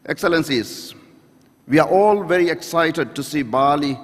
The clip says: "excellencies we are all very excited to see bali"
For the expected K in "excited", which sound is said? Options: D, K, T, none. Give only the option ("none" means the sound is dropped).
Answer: K